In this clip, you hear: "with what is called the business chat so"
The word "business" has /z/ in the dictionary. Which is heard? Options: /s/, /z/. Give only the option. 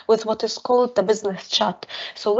/z/